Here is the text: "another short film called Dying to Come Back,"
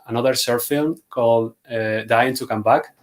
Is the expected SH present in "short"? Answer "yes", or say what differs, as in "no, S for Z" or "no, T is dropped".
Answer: no, S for SH